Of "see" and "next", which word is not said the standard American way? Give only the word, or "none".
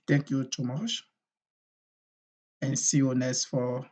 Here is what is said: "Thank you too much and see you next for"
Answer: next